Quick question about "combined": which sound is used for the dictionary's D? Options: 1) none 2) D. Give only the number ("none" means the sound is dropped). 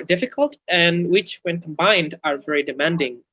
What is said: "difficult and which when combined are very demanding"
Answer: 2